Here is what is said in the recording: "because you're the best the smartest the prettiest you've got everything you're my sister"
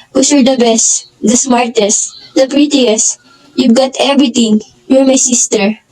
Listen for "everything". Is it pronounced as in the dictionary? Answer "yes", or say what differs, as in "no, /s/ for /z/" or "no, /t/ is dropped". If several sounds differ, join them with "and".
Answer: no, /t/ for /θ/